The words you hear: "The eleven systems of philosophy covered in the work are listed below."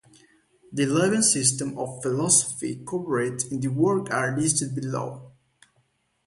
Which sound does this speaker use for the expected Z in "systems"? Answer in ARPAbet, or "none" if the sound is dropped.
none